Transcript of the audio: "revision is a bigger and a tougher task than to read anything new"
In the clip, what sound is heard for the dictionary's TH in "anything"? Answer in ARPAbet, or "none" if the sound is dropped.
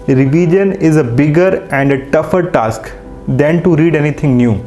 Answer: T